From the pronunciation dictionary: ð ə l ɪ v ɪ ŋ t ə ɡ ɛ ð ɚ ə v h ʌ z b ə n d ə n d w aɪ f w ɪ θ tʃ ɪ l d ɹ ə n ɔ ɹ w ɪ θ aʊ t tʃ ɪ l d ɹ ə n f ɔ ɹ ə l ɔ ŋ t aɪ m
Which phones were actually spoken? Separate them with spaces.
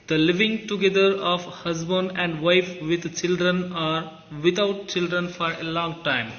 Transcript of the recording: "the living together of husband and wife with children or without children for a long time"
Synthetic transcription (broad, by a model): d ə l ɪ v ɪ ŋ t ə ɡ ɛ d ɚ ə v h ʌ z b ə n d ə n d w aɪ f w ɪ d tʃ ɪ l d ɹ ə n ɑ ɹ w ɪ t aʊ t tʃ ɪ l d ɹ ə n f ɔ ɹ ə l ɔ ŋ t aɪ m